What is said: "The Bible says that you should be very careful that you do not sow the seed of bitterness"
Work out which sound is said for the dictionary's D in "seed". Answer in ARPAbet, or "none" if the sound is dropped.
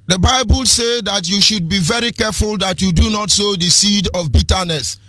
D